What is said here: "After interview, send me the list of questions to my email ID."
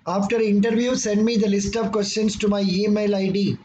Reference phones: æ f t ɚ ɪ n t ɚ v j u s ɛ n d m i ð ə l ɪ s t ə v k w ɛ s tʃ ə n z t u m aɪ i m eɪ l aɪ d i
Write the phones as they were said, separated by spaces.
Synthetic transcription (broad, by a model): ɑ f t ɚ ɪ n t ɚ v j u s ɛ n d m i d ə l ɪ s t ə v k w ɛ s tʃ ə n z t u m aɪ i m eɪ l aɪ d i